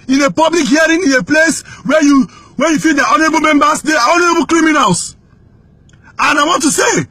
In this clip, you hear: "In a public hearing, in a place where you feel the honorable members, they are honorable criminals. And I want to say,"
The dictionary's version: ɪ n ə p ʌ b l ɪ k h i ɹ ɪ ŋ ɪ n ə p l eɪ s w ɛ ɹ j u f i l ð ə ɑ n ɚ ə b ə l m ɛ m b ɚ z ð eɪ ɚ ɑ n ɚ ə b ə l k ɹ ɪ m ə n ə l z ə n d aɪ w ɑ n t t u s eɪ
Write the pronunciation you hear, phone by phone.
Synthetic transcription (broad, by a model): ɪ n ə p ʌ b l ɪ k h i ɹ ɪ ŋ ɪ n ə p l eɪ s w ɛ w j u f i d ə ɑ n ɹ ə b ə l m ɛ m b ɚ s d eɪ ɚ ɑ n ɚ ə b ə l k ɹ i m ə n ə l s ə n aɪ w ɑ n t t u s eɪ